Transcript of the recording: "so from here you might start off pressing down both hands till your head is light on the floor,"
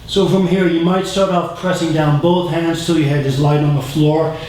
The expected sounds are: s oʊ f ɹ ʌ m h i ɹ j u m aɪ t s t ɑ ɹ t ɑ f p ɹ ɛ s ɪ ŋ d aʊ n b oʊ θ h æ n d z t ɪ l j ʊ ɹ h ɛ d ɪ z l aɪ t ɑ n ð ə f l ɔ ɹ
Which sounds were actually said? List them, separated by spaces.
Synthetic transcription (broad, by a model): s oʊ f ɹ ʌ m h i ɹ j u m aɪ t s t ɑ ɹ t ɑ f p ɹ ɛ s ɪ ŋ d aʊ n b oʊ θ h æ n d z t ɪ l j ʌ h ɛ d ɪ z l aɪ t n ð ə f l ɔ ɹ